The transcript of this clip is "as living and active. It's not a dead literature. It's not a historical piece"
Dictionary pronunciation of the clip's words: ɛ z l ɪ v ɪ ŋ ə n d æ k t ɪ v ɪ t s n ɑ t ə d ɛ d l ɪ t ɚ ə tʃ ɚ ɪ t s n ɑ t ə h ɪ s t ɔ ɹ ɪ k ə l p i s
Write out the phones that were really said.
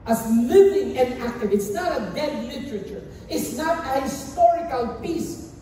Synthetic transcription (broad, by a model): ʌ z l ɪ v ɪ ŋ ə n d æ k t ɪ v ɪ t s n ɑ t ə d ɛ d l ɪ t ɚ ə tʃ ɚ ɪ t s n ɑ t ə h ɪ s t ɔ ɹ ɪ k ə l p i s